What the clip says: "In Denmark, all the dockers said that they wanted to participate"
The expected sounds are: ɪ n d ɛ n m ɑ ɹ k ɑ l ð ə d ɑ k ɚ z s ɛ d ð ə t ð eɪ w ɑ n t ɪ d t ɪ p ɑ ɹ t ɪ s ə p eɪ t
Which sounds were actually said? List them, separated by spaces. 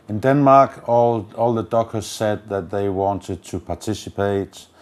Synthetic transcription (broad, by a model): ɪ n d ɛ n m ɑ ɹ k ɑ l ð ə d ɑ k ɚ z s ɛ d ð ə t ð eɪ w ɑ n t ɪ d t ɪ p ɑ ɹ t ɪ s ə p eɪ t